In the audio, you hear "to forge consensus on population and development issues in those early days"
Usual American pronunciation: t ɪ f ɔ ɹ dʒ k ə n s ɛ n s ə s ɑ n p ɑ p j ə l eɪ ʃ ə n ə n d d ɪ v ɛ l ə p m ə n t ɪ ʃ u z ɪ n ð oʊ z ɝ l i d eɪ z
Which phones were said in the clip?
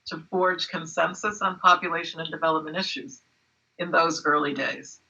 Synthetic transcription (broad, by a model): t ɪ f ɔ ɹ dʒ k ə n s ɛ n s ə s n p ɑ p j ə l eɪ ʃ ə n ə n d d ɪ v ɛ l ə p m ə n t ɪ ʃ u z ɪ n ð oʊ z ɝ l i d eɪ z